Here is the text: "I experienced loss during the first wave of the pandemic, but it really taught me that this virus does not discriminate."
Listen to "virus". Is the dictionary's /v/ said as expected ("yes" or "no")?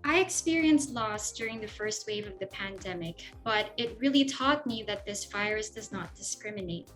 no